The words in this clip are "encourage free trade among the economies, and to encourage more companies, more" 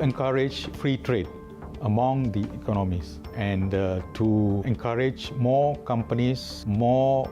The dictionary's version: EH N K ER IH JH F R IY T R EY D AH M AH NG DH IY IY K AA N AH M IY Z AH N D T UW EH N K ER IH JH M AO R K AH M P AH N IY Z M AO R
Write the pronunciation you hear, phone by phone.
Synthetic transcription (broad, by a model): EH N K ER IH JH F R IY T R EY D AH M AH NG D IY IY K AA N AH M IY S AH N D T UW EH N K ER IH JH M AO K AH M P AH N IY S M AO